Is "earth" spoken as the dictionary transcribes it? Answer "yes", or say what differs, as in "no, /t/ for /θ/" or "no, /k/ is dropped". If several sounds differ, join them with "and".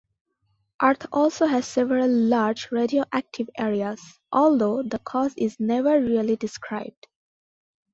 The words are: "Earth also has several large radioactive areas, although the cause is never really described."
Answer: no, /t/ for /θ/